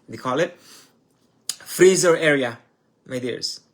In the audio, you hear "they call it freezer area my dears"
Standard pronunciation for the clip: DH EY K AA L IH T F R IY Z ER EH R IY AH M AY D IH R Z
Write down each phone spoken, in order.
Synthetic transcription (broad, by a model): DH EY K AA L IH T F R IY Z ER EH R IY AH M AY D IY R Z